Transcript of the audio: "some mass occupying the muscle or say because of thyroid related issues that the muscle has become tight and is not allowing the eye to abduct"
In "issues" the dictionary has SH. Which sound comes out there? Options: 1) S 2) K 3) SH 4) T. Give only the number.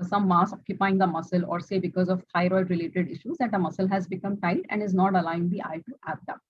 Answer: 3